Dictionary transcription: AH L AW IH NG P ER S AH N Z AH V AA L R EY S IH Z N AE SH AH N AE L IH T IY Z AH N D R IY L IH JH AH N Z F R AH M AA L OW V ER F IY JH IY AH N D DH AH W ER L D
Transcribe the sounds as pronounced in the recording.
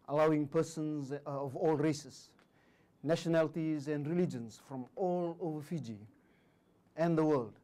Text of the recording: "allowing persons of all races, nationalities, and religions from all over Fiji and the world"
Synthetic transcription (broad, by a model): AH L AW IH NG P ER S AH N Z AH V AA L R EY S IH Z N AE SH AH N AE L IH T IY Z AH N D R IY L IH JH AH N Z F R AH M AA L OW V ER F IY JH IY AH N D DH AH W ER L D